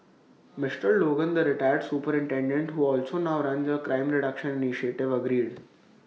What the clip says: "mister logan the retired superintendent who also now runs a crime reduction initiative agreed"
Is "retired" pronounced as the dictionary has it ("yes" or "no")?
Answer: yes